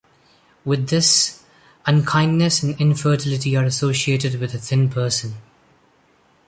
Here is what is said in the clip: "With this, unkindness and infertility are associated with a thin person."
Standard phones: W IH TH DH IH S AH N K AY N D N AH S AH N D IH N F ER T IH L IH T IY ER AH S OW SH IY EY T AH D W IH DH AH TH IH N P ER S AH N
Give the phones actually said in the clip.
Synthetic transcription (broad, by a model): W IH DH IH S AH N K AY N N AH S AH N IH N F ER T IH L IH T IY ER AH S OW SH IY EY T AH D W IH DH AH TH IH N P ER S AH N